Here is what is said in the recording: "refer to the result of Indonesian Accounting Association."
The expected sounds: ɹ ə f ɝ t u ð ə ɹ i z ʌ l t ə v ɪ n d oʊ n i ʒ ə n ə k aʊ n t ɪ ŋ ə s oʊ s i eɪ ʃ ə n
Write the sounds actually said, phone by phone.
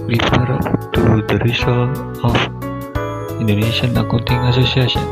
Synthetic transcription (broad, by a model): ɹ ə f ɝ t u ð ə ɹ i s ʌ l ə f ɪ n d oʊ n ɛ ʃ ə n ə k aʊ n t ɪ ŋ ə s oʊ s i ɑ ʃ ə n